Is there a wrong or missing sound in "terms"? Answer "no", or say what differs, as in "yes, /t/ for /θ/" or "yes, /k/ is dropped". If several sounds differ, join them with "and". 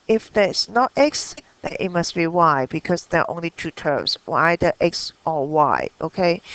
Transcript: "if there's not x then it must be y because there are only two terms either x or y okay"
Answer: yes, /s/ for /z/